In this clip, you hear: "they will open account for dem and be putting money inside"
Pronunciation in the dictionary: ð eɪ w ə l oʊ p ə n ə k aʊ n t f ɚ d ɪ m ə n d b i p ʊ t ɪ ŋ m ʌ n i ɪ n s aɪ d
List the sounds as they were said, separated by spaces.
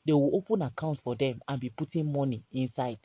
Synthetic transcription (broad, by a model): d eɪ w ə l oʊ p ə n ə k aʊ n t f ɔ d ɪ m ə n b i p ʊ t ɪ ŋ m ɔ n i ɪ n s aɪ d